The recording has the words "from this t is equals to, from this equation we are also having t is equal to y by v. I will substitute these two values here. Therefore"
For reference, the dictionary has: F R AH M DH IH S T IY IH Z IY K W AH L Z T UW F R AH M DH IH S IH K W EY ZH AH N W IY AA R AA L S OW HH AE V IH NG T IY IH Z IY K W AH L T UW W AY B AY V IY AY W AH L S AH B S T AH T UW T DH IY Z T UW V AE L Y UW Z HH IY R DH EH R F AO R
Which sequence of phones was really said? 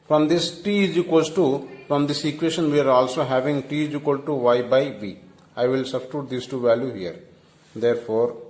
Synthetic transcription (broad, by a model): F R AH M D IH S T IY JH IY K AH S T UW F R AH M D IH S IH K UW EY SH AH N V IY AA R AA L S OW HH AE V IH NG T IY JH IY K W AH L T UW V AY B AY V IY AY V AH L S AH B S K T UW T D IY S T UW V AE L Y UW HH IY R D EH R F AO R